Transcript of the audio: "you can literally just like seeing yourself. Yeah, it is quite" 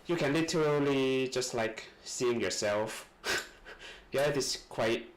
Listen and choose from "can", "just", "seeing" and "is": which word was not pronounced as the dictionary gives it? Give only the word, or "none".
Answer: is